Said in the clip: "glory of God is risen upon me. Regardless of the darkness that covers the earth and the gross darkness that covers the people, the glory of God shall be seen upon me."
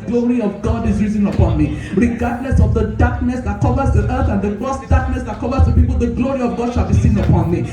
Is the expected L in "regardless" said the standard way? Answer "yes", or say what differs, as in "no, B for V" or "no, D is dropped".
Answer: no, N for L